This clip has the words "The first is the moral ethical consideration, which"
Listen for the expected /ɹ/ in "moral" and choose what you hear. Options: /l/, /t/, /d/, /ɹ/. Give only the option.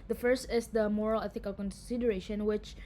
/ɹ/